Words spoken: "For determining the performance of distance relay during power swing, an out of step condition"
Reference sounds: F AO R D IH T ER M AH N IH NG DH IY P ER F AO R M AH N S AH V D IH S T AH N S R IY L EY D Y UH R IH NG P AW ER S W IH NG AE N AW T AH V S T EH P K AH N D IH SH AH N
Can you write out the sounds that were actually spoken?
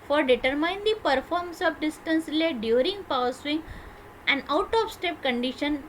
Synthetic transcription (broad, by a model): F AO R D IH T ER M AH IH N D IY P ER F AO R M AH S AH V D IH S T AH N S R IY L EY D Y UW R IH NG P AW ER S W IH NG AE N AW T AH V S T EH P K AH N D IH SH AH N